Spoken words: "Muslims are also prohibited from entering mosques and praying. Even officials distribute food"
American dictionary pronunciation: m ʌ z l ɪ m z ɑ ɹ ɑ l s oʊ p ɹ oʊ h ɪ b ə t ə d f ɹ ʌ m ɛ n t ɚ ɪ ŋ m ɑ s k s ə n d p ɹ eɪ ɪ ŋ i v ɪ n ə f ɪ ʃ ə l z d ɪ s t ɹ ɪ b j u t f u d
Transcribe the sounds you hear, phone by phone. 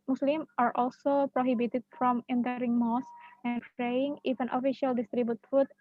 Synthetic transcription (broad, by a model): m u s l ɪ m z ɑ ɹ ɑ l s oʊ p ɹ oʊ h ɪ b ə t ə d f ɹ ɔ m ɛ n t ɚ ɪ ŋ m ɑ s s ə n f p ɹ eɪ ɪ ŋ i f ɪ n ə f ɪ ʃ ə l d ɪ s t ɹ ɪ b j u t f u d